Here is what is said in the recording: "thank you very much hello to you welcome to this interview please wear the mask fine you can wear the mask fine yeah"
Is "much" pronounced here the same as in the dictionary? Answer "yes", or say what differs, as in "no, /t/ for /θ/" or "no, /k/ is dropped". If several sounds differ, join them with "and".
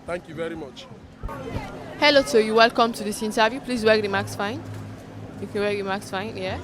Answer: yes